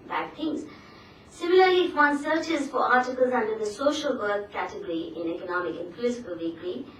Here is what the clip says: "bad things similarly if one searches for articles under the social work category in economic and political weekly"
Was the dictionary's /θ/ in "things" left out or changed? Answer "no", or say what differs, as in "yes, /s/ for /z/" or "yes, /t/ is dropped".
yes, /t/ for /θ/